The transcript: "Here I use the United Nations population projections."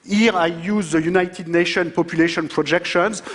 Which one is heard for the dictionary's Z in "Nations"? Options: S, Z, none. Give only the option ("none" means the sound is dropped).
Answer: none